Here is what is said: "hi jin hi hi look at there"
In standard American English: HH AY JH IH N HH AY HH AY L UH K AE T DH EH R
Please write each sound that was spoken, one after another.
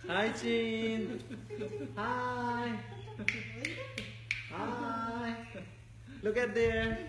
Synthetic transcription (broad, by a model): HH AY CH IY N HH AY HH AY L UH K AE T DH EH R